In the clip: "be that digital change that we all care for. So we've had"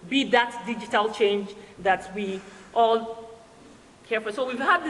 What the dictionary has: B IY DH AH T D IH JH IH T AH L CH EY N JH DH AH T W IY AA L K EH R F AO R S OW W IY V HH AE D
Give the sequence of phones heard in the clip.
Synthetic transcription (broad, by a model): B IY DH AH T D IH JH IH T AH L CH EY N JH DH AH T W IY AA L K EH R F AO L S OW W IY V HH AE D